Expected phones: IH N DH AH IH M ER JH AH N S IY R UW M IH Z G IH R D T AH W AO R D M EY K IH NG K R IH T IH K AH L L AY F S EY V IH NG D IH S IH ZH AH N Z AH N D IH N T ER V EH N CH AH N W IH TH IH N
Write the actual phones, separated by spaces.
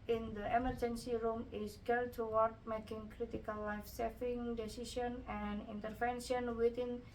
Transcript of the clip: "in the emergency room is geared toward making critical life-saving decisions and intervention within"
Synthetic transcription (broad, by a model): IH N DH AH IH M ER JH AH N S IY R UW M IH S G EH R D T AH W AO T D M EY K IH NG K R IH T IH K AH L L AY F S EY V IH NG D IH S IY S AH N AH N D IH N T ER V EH N SH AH N W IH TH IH N